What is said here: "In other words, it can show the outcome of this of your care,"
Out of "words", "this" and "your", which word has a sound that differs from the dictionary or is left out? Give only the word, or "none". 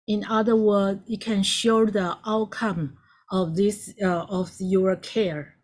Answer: words